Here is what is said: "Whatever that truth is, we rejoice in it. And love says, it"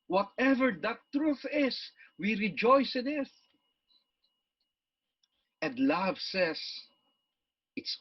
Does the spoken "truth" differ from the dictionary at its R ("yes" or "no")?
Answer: no